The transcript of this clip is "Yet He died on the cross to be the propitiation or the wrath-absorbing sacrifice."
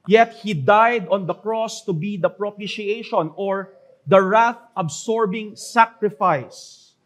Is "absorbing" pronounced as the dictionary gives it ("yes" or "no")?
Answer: no